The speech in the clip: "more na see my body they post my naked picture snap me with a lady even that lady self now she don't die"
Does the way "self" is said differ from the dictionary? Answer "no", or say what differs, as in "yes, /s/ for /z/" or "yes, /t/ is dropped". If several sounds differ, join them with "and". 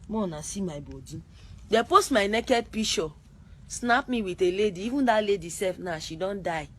yes, /l/ is dropped